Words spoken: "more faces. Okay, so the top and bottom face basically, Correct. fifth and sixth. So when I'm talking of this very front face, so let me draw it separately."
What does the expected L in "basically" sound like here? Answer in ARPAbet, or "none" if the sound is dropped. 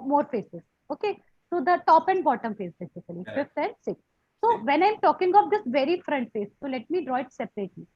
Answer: none